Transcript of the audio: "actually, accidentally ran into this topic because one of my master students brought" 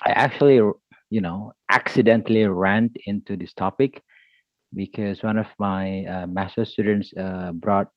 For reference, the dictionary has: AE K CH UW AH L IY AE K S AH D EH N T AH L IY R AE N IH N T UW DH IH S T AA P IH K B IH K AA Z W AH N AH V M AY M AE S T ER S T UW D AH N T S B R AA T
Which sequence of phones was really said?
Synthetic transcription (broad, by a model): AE K CH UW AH L IY AE K S AH D EH N T AH L IY R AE N IH N T UW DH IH S T AA P IH K B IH K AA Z W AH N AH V M AY M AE S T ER S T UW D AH N T S B R AA T